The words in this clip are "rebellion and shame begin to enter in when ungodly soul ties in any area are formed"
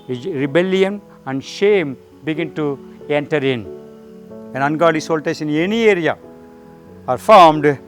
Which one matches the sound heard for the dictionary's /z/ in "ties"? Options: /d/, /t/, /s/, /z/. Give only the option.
/s/